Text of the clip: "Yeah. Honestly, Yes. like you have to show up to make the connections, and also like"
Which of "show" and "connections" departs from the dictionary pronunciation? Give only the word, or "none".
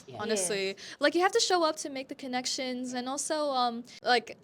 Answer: none